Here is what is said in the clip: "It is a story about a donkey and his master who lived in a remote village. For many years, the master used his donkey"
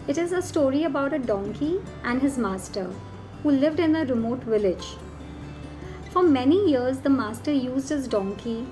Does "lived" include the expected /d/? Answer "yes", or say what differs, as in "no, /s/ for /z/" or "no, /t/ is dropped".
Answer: yes